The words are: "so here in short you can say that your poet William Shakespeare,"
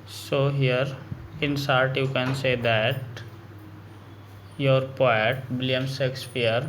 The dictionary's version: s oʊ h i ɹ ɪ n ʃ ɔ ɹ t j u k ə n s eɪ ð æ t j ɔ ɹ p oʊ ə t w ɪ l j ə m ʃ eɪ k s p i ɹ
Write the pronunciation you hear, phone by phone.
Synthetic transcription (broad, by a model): s oʊ h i ɹ ɪ n s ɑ ɹ t j u k ə n s eɪ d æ t j ɔ ɹ p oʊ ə t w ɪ l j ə m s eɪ k s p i ɹ